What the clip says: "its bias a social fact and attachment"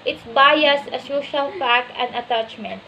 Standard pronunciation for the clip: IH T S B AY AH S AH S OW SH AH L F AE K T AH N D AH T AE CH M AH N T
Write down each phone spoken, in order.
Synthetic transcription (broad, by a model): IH T S B AY AH S AH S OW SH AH L P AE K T AH N D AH T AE CH M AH N T